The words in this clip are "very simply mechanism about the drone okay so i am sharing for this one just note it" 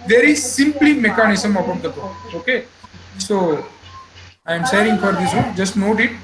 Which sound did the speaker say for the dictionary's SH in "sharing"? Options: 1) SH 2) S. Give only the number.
2